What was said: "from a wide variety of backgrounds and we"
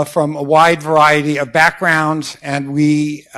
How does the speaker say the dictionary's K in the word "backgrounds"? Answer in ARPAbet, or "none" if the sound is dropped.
K